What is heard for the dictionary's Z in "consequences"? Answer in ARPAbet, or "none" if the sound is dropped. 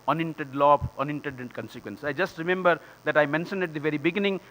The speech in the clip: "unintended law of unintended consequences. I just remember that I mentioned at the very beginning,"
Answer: none